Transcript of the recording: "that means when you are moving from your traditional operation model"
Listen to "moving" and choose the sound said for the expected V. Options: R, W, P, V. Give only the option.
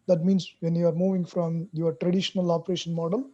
V